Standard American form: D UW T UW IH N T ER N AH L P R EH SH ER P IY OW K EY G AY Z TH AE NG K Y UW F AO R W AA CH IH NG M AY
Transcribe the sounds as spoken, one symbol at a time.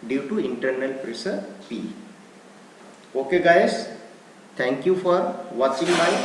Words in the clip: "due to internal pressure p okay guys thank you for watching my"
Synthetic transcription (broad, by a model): D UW T UW IH N T ER N AH L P R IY S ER P IY OW K EY G AY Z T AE NG K Y UW F AO R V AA CH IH NG M AY